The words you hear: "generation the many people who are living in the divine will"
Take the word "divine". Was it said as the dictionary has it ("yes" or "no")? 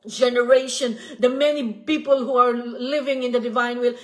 yes